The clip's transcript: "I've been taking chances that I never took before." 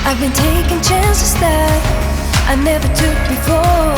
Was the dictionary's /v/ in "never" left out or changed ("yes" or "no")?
no